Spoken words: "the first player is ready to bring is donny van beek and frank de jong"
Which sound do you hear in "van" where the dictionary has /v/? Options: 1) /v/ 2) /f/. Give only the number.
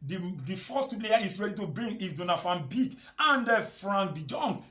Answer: 2